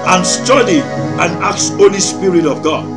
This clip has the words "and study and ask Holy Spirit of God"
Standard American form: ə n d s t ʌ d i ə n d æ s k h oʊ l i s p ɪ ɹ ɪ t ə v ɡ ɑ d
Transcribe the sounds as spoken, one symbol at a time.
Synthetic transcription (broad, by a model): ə n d s t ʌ d i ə n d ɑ k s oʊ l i s p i ɹ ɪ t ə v ɡ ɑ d